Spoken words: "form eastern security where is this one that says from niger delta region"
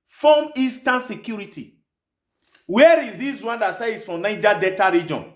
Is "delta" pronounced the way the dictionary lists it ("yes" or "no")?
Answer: no